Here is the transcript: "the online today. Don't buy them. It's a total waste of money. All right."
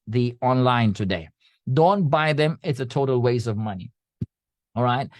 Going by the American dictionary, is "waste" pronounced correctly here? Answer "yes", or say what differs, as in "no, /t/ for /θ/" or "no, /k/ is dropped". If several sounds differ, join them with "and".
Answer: no, /t/ is dropped